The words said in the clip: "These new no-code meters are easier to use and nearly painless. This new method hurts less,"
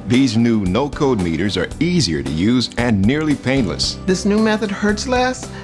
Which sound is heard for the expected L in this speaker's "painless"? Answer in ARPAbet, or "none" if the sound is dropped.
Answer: L